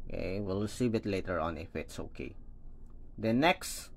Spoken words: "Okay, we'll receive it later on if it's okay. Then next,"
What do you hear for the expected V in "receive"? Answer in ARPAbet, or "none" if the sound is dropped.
B